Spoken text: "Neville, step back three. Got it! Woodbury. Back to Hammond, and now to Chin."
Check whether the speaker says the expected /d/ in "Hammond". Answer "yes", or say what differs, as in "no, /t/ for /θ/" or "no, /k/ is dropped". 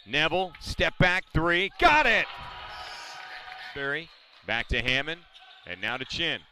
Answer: no, /d/ is dropped